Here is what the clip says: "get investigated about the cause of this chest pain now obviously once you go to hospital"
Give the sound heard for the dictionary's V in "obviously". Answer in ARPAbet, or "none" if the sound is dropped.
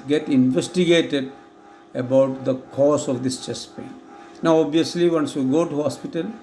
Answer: none